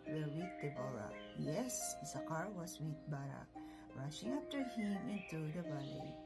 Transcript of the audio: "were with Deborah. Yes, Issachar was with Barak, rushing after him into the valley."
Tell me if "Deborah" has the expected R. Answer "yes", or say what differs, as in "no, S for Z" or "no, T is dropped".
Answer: no, L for R